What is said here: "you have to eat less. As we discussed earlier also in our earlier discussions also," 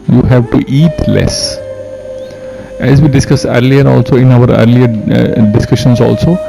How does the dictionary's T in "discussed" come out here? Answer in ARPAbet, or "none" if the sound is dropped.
none